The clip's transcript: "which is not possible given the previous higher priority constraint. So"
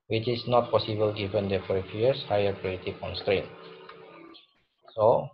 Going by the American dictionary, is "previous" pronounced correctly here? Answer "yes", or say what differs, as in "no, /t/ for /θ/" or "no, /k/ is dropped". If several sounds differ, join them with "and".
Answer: no, /f/ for /p/